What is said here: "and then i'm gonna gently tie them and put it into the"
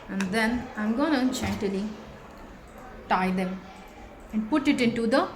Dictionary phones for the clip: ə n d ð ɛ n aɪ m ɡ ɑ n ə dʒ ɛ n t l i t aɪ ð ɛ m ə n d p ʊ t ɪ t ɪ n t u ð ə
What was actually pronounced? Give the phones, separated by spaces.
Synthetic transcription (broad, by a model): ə n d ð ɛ n aɪ m ɡ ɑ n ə tʃ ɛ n t l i t aɪ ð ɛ m ə n d p ʊ t ɪ t ɪ n t u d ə